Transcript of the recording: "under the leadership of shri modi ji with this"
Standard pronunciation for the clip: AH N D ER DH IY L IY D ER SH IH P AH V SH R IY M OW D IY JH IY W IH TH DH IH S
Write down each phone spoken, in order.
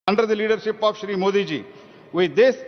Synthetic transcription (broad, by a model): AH N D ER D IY L IY D ER SH IH P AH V SH R IY M OW D IY JH IY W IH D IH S